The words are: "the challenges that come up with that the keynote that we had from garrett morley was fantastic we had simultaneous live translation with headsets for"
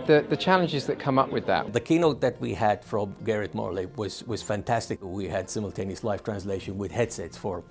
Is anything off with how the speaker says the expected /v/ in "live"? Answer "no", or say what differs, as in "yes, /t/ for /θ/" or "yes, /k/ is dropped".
yes, /f/ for /v/